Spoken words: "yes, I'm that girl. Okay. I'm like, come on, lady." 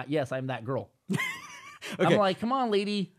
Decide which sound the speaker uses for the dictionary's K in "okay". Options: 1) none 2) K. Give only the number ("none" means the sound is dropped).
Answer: 1